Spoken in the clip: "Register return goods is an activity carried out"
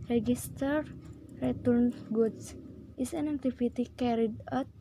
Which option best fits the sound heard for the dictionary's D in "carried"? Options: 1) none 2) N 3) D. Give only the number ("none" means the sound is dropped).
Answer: 3